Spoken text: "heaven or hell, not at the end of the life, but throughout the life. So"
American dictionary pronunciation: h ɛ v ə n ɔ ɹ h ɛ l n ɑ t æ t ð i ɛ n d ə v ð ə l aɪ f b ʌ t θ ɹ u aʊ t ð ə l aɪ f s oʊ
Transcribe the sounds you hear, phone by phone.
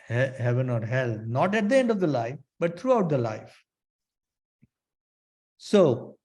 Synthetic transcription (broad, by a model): h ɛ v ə n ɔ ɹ h ɛ l n ɑ t æ t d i ɛ n d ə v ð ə l aɪ f b ʌ t t ɹ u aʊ t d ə l aɪ f s oʊ